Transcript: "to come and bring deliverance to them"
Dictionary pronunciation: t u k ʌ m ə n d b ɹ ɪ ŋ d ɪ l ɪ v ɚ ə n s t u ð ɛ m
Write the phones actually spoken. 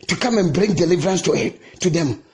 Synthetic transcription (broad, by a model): t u k ʌ m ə n b ɹ ɪ ŋ d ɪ l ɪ v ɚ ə n s t u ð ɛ m